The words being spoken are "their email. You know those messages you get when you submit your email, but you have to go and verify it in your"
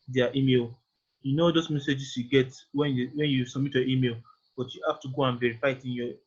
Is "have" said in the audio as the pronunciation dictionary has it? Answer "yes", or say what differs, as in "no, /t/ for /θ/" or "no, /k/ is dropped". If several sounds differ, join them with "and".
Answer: no, /f/ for /v/